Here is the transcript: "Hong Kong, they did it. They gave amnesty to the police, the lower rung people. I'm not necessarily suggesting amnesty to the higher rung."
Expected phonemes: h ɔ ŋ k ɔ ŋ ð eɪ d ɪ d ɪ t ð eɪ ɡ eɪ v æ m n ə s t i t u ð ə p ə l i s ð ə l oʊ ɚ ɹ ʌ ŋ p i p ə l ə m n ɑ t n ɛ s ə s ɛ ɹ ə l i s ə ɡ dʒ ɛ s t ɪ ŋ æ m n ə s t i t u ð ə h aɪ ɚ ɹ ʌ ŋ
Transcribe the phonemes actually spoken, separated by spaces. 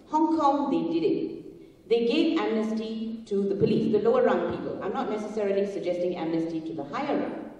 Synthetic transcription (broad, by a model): h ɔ ŋ k ɔ ŋ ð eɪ d ɪ d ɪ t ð eɪ ɡ eɪ v æ m n ə s t i t u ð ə p ə l i s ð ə l oʊ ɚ ɹ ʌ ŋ p i p ə l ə n ɑ t n ɛ s ə s ɛ ɹ ə l i s ə ɡ dʒ ɛ s t ɪ ŋ æ m n ə s t i t u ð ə h aɪ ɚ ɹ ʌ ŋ